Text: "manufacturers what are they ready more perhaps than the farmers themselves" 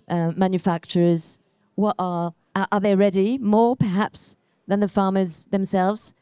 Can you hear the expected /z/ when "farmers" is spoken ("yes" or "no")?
yes